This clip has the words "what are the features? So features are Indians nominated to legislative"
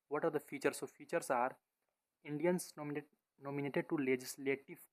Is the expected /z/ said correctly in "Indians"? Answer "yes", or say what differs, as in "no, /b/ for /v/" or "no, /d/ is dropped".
no, /s/ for /z/